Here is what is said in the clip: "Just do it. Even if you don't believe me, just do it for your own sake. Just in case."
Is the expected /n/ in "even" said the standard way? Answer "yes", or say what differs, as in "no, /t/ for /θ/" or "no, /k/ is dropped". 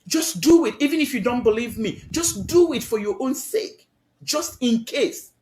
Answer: yes